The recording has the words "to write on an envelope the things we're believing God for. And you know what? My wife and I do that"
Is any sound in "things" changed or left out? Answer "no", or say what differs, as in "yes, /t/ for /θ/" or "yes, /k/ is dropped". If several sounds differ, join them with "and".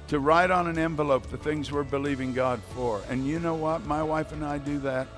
no